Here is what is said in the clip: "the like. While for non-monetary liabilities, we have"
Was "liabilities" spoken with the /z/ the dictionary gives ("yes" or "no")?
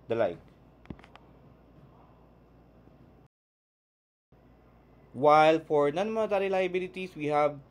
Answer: no